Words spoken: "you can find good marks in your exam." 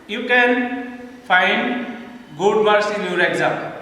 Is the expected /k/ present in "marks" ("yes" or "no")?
no